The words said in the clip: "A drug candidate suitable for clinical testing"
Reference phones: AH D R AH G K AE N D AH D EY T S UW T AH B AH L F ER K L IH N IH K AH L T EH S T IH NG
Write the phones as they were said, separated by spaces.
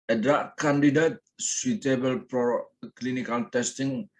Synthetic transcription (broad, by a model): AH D R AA K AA N D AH D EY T S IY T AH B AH L P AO K L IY N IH K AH L T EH S T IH NG